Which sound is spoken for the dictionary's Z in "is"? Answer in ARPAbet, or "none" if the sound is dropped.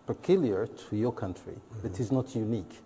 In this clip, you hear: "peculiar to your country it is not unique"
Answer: Z